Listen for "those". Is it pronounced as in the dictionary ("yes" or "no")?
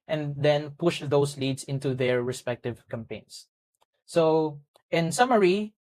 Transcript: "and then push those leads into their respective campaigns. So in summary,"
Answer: no